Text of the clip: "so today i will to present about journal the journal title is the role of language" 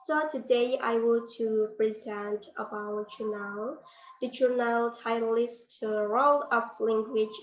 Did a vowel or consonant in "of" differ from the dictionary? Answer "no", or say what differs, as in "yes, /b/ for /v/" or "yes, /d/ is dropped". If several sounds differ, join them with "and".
yes, /p/ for /v/